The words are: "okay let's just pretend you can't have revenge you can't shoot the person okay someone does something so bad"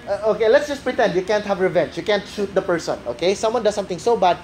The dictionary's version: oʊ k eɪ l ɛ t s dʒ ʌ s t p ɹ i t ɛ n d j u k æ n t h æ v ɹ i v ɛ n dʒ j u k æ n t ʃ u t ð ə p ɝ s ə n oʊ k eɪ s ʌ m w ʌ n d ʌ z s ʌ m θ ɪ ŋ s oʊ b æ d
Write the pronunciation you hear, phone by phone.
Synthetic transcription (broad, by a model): oʊ k eɪ l ɛ t s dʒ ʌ s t p ɹ i t ɛ n d j u k æ n t h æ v ɹ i v ɛ n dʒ j u k æ n t ʃ u t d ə p ɝ s ə n oʊ k eɪ s ʌ m w ʌ n d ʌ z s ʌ m t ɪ ŋ s oʊ b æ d